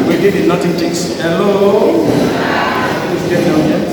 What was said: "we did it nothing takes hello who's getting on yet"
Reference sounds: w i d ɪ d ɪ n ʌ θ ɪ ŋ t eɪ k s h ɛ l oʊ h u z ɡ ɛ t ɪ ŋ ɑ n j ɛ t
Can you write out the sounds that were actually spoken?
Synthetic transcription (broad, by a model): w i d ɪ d ɪ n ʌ t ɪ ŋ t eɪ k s h ɛ l oʊ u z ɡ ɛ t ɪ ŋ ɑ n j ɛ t